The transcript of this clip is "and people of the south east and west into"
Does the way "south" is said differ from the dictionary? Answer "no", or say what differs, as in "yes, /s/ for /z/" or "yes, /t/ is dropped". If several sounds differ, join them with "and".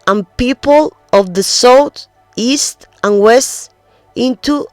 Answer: yes, /t/ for /θ/